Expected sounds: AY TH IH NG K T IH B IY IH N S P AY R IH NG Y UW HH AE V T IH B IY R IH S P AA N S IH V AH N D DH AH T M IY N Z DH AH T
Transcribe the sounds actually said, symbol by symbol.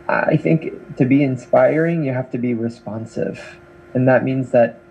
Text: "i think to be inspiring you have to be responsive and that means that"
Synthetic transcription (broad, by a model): AY TH IH NG K T IH B IY IH N S P AY R IH NG Y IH HH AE F T IH B IY R IH S P AA N S IH V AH N DH AH T M IY N Z DH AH T